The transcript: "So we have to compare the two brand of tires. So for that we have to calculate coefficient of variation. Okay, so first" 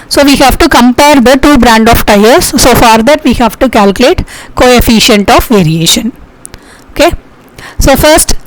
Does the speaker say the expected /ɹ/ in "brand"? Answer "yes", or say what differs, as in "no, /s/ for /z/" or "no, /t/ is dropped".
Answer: yes